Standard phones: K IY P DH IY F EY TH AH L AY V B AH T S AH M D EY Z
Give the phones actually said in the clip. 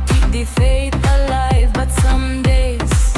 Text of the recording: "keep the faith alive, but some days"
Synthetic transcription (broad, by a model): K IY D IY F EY T AH L AY V B AH T S AH M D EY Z